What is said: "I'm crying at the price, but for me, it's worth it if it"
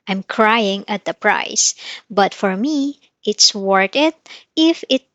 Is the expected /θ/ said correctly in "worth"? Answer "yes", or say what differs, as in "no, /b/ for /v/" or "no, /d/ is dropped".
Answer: no, /t/ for /θ/